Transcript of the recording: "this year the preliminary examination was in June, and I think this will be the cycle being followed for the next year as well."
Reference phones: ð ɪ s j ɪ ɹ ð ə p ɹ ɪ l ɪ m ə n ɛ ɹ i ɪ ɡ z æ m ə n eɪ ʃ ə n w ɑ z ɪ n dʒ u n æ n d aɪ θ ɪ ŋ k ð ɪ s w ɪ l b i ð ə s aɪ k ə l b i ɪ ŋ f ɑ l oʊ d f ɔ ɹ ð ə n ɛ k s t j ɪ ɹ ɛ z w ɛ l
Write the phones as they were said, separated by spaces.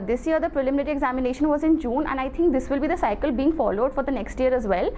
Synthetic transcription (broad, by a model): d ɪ s j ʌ ɹ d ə p ɹ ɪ l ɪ m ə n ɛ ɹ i ɪ ɡ z æ m ə n eɪ ʃ ə n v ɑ z ɪ n dʒ u n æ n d aɪ t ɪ ŋ k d ɪ s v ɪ l b i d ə s aɪ k ə l b i ɪ ŋ f ɑ l oʊ d f ɔ ɹ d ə n ɛ k s t j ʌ ɹ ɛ z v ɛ l